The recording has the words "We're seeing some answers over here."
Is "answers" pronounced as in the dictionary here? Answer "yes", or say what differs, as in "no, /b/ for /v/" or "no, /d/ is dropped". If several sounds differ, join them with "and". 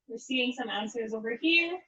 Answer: yes